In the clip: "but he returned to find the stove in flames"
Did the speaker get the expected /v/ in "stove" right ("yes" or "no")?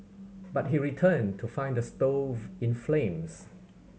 yes